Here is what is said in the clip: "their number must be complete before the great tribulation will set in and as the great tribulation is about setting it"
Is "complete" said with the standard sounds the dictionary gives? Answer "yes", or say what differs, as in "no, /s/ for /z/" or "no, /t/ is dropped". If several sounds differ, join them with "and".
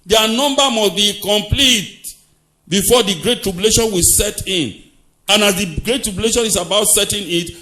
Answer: yes